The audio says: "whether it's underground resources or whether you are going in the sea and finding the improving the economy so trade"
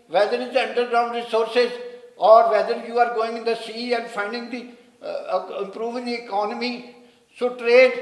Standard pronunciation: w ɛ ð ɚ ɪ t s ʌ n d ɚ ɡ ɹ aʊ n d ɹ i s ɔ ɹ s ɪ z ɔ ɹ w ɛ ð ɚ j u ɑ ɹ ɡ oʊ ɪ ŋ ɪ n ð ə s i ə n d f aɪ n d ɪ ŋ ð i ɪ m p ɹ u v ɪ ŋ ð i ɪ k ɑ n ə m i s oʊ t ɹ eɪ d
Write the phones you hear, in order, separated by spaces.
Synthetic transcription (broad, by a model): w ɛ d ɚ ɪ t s ʌ n d ɚ ɡ ɹ aʊ n d ɹ i s ɔ ɹ s ɪ z ɔ ɹ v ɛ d ɚ j u ɑ ɹ ɡ oʊ ɪ ŋ ɪ n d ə s i ə n d f aɪ n d ɪ ŋ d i ɪ m p ɹ u v ɪ ŋ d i ɪ k ɑ n ə m i s oʊ t ɹ eɪ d